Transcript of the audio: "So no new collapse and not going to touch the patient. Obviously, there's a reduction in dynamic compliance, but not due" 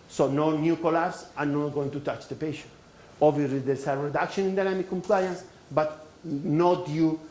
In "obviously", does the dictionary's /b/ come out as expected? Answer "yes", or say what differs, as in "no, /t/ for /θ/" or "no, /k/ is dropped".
no, /b/ is dropped